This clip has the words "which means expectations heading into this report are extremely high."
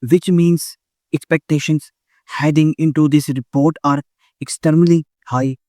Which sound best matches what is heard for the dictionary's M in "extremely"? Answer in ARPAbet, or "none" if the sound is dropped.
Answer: none